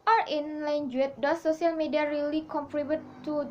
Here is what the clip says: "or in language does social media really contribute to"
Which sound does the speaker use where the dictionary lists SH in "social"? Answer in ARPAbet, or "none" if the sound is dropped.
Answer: S